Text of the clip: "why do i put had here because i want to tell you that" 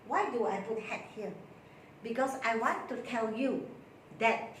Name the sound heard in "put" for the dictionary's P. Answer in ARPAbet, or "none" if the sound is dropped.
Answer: B